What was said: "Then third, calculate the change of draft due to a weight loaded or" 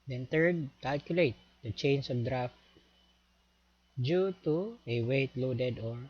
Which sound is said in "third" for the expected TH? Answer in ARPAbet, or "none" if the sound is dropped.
T